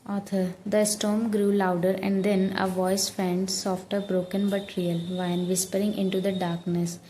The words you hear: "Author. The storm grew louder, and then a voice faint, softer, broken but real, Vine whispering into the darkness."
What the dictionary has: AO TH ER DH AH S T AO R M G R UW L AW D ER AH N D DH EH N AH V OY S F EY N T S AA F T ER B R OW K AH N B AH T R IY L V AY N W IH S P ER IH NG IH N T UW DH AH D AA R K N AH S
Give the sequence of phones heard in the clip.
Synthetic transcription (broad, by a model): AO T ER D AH S T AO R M G R UW L AW D ER AH N D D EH N AH V OY S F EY N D S AA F T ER B R OW K AH N B AH T R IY L V AY N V IH S P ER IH NG IH N T UW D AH D AA R K N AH S